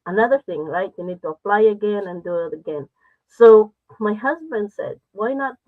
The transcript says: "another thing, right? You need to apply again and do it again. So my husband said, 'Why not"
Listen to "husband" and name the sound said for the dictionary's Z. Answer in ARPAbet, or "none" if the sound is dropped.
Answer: Z